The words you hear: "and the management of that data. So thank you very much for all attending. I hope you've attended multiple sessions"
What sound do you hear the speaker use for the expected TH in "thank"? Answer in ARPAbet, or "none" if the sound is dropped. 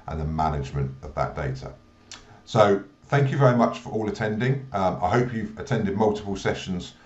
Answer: TH